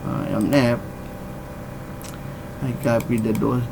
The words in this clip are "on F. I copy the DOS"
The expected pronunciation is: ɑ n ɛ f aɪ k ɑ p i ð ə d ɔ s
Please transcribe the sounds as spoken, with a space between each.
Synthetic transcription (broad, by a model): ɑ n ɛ p aɪ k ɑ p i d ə d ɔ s